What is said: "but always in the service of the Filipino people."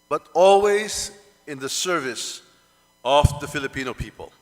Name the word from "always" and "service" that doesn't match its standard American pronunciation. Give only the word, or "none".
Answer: none